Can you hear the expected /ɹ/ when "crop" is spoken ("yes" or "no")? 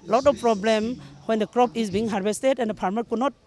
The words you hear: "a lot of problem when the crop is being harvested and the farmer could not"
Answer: yes